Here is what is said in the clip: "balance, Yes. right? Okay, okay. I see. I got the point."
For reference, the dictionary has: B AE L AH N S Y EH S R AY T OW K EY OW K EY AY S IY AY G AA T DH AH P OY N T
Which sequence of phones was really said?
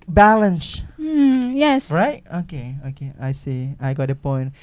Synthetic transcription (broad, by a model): B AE L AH N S Y EH S R AY T OW K EY OW K EY AY S IY AY G AA T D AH P OY N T